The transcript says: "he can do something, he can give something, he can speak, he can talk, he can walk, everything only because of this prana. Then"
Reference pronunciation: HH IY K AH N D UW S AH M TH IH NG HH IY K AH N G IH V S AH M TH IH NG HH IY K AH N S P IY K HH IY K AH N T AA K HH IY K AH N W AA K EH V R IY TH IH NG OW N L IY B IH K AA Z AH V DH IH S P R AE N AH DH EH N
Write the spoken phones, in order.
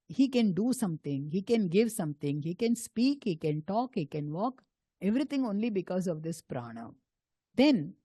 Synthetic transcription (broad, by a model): HH IY K AH N D UW S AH M T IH NG HH IY K AH N G IH V S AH M T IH NG HH IY K AH N S P IY K HH IY K AH N T AA K HH IY K AH N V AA K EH V R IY T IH NG OW N L IY B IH K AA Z AH V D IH S P R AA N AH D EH N